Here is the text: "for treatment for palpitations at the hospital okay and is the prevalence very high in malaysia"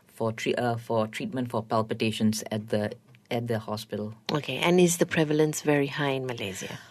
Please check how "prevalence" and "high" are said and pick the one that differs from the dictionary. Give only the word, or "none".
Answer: none